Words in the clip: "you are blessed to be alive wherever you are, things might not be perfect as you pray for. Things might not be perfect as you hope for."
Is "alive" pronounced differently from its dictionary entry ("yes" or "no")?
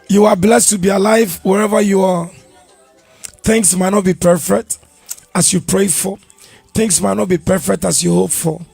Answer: no